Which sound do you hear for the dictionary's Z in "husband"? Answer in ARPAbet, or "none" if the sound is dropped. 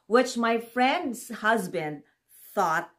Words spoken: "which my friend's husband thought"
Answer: Z